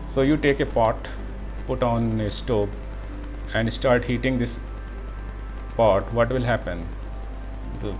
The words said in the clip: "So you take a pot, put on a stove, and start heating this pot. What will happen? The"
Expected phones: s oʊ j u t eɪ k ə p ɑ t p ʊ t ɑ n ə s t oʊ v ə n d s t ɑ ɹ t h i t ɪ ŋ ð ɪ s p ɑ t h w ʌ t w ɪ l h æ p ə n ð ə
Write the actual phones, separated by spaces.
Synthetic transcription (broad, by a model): s oʊ j u t eɪ k ə p ɑ t p ʊ t ɑ n ə s t oʊ b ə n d s t ɑ ɹ t h i t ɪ ŋ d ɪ s p ɑ t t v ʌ t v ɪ l h æ p ə n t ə